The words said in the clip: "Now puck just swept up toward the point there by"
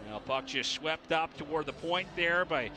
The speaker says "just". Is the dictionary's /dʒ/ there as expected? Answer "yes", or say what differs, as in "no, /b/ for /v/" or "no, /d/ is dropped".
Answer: no, /tʃ/ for /dʒ/